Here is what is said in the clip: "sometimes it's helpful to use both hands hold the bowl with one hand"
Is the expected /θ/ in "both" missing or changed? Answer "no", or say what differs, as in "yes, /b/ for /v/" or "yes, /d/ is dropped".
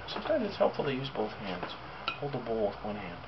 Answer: no